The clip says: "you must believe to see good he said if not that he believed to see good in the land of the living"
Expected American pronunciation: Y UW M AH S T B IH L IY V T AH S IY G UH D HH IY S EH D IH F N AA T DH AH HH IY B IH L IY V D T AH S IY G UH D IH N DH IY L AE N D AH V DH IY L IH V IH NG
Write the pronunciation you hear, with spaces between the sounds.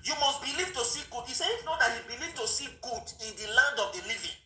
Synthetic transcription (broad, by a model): Y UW M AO S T B IH L IY V T AH S IY G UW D HH IY S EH IH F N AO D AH HH IY B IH L IY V T AH S IY G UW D IH N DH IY L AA N D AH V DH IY L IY V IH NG